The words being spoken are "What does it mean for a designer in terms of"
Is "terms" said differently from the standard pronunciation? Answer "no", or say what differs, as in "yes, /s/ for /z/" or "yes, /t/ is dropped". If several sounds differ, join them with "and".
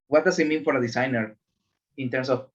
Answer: yes, /s/ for /z/